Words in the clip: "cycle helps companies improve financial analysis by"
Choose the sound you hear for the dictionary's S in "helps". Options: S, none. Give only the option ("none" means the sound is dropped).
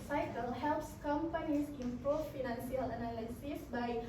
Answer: S